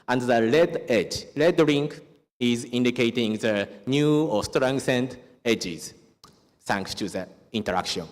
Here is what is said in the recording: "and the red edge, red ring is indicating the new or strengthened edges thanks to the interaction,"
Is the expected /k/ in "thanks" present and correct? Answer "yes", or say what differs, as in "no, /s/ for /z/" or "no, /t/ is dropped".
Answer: yes